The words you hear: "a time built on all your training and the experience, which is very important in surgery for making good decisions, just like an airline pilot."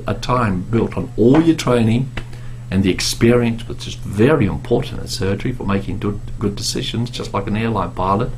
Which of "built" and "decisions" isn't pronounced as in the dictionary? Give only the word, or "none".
none